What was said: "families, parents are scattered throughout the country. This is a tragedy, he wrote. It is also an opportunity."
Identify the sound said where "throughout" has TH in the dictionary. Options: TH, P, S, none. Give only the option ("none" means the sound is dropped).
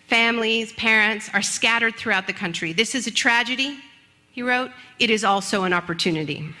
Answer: TH